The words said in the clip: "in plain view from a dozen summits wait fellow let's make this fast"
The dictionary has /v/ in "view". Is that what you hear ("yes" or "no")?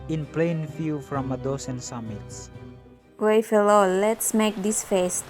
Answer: no